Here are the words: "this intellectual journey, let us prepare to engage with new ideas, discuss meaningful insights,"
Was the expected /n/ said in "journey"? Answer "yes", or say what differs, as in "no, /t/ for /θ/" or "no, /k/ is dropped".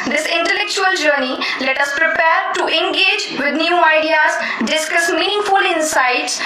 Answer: yes